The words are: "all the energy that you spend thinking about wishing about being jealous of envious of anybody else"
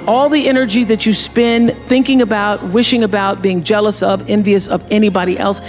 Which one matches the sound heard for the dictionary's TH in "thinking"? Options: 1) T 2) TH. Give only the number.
2